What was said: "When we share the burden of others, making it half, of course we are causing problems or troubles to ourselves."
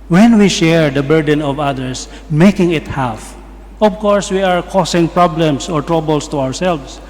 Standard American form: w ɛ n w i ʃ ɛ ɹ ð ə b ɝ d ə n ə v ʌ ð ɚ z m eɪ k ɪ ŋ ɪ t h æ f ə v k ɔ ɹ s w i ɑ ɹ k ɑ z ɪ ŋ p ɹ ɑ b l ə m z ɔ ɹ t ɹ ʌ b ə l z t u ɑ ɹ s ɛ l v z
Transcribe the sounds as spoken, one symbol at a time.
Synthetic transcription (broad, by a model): w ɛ n w i ʃ ɛ ɹ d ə b ɝ d ə n ə v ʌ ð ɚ s m eɪ k ɪ ŋ ɪ t h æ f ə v k ɔ ɹ s w i ɑ ɹ k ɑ s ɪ ŋ p ɹ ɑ b l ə m s ɔ ɹ t ɹ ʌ b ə l s t u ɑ ɹ s ɛ l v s